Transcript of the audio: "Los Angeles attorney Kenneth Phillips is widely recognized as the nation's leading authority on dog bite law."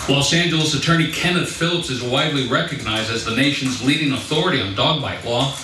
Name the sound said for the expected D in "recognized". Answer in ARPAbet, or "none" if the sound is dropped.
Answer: D